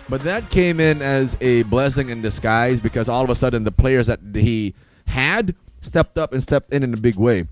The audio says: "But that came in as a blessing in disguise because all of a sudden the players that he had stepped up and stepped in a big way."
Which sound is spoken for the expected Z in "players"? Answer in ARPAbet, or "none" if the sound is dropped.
Z